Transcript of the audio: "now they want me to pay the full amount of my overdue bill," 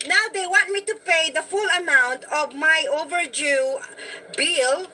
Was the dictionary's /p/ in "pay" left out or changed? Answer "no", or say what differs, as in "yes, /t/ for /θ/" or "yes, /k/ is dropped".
no